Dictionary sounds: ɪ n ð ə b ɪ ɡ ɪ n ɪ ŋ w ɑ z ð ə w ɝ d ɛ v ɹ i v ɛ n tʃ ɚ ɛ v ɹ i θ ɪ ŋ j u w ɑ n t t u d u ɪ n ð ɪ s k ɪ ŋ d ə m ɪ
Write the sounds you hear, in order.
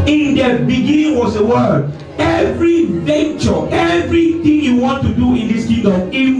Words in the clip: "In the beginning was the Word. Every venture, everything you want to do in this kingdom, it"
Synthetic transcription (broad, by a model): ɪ n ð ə b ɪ ɡ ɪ n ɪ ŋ w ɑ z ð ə w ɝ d ɛ v ɹ i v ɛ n tʃ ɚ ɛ v ɹ i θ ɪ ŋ j u w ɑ n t t u d u ɪ n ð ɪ s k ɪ d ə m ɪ